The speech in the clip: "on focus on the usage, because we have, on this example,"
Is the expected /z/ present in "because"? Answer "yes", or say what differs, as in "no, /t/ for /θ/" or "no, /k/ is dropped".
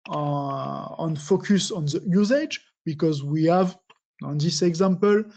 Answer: yes